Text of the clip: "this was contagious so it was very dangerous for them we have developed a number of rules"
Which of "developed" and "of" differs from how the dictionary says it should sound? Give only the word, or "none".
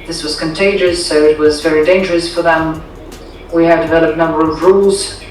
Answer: none